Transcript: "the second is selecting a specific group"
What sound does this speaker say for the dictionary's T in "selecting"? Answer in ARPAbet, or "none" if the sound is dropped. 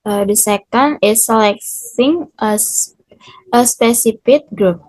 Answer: S